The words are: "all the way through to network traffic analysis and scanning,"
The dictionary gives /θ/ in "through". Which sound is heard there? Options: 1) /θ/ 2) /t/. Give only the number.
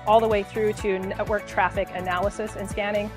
1